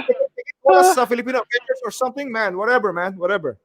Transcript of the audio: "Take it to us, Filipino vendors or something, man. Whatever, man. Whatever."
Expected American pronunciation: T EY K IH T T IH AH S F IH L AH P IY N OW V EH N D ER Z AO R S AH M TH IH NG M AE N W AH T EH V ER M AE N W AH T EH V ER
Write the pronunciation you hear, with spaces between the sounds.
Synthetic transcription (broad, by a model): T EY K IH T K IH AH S F IH L AH P IY N OW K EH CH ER S AO R S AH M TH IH NG M AE N W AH T EH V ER M AE N W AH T EH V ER